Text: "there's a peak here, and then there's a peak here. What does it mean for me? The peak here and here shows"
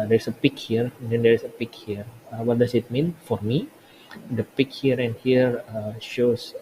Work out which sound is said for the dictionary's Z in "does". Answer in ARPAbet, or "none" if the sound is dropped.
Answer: S